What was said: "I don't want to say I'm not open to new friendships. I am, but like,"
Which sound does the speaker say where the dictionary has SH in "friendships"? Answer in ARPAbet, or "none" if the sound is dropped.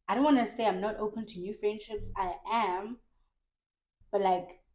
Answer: SH